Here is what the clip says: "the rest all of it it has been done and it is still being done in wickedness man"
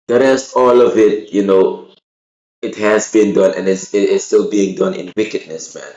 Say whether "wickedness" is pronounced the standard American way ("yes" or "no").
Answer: yes